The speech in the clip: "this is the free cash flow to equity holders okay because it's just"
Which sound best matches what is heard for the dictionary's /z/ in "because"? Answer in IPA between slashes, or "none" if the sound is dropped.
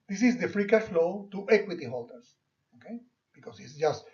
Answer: /s/